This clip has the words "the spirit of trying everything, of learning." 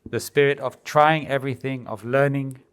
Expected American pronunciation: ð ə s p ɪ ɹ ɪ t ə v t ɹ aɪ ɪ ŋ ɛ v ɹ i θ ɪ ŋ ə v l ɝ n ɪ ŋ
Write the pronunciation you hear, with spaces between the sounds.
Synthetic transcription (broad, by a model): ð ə s p ɪ ɹ ɪ t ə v t ɹ aɪ ɪ ŋ ɛ v ɹ i θ ɪ ŋ ə v l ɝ n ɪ ŋ